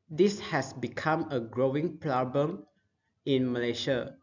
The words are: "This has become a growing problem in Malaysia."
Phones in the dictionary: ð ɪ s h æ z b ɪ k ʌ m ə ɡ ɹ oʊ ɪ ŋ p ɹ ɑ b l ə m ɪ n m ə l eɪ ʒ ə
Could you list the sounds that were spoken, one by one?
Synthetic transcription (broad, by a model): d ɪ s h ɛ s b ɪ k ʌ m ə ɡ ɹ oʊ ɪ ŋ p l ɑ b ə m ɪ n m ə l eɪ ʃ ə